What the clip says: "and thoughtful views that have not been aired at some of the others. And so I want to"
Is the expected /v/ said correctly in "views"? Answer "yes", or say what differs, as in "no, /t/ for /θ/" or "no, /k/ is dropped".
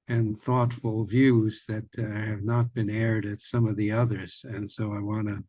yes